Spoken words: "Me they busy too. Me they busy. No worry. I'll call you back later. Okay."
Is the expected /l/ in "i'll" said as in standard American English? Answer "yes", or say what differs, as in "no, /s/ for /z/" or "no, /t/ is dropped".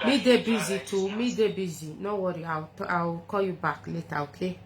no, /w/ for /l/